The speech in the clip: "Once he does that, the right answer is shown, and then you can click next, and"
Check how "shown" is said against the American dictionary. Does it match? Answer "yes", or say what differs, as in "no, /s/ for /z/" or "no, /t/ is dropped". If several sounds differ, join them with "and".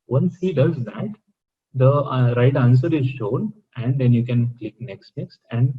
yes